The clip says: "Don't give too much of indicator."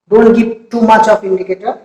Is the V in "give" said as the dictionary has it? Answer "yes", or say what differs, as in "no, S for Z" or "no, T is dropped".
no, P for V